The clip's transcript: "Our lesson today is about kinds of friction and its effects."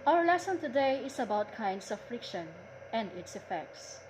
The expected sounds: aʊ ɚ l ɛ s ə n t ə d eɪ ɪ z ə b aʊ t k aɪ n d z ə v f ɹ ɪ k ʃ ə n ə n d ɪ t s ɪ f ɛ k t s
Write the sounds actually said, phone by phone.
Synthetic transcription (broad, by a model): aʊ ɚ l ɛ s ə n t ə d eɪ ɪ s ə b aʊ t k aɪ n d s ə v f ɹ ɪ k ʃ ə n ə n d ɪ t s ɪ f ɛ k t s